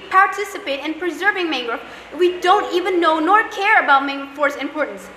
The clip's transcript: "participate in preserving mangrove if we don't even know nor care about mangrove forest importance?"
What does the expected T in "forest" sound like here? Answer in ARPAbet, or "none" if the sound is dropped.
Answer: none